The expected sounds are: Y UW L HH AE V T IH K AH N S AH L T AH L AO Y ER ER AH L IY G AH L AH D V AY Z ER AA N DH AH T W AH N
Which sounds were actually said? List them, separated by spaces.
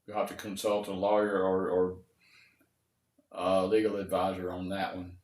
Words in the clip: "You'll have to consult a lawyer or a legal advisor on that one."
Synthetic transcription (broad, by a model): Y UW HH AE F T IH K AH N S AH L T AH L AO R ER ER AH L IY G L AH D V AY Z ER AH N DH AH T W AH N